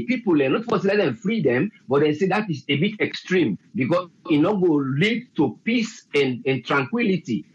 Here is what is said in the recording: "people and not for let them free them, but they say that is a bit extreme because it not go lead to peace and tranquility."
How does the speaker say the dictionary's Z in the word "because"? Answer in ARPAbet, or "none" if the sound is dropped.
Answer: none